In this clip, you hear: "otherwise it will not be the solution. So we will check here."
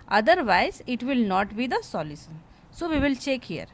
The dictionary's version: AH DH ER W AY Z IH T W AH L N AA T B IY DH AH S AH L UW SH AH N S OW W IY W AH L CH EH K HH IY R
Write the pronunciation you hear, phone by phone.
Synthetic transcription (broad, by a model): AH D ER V AY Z IH T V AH L N AA T B IY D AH S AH L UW S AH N S OW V IY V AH L CH EH K HH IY R